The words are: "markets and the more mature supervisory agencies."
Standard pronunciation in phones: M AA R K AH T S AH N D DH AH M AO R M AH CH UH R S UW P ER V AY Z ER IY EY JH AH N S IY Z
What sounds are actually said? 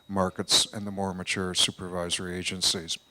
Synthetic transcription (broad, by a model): M AA R K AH T S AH N DH AH M AO R M AH CH UH R S UW P ER V AY Z ER IY EY JH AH N S IY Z